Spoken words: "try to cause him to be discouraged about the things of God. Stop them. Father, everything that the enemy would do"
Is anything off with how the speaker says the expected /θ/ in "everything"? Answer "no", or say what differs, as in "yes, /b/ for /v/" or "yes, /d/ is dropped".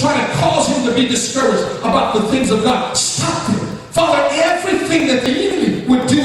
no